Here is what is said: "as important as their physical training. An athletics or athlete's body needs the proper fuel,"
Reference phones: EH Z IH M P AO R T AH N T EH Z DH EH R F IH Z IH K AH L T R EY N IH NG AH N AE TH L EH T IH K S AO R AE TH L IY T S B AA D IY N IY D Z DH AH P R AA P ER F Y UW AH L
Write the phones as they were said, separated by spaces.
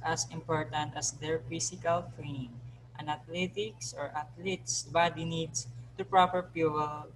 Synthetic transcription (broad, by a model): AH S IH M P AO R T AH N T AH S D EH R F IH S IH K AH L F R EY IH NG AH N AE T L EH T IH K S AO R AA T L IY T S B AA D IY N IY D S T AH P R AA P ER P Y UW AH L